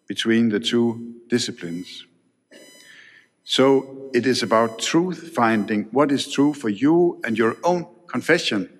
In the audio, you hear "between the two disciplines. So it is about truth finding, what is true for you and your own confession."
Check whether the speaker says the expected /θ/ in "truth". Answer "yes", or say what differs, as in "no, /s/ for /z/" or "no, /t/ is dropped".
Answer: yes